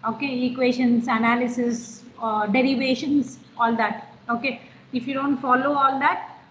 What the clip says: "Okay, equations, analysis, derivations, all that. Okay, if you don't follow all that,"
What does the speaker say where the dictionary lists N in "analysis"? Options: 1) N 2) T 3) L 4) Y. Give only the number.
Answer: 1